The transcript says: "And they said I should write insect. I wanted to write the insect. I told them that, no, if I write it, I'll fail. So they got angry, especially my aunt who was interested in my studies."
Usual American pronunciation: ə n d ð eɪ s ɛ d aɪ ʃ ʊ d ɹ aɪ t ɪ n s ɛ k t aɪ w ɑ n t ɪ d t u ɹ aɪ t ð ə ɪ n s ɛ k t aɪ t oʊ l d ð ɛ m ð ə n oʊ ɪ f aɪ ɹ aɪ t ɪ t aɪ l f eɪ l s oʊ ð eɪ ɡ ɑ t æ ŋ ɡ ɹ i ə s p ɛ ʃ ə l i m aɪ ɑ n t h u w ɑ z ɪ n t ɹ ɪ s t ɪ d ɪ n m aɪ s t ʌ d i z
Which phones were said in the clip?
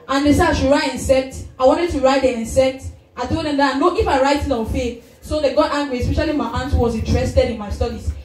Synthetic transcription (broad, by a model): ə n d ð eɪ s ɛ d aɪ ʃ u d ɹ aɪ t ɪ n s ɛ k t aɪ w ɑ n t ɪ d t u ɹ aɪ t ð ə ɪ n s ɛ k t aɪ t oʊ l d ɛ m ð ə n oʊ ɪ f aɪ ɹ aɪ t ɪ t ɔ n f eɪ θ s oʊ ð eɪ ɡ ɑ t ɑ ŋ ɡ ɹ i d s p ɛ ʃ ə l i m aɪ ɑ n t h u w ɑ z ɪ n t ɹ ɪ s t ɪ d ɪ n m aɪ s t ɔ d i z